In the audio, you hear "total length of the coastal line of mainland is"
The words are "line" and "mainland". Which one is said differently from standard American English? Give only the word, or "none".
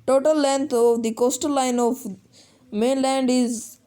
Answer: none